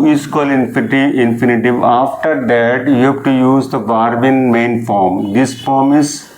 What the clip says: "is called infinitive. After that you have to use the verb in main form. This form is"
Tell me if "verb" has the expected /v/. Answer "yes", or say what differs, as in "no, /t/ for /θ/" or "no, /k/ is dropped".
no, /b/ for /v/